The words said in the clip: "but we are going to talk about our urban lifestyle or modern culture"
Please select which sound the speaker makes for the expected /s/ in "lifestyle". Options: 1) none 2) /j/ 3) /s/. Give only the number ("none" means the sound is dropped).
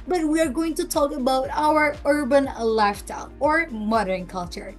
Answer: 1